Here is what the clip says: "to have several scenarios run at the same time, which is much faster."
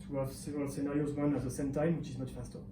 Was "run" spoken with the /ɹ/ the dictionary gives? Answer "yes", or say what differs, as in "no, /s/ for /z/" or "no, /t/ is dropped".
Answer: no, /w/ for /ɹ/